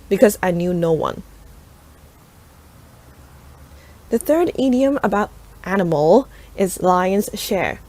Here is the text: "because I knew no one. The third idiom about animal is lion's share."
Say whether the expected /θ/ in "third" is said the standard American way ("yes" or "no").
yes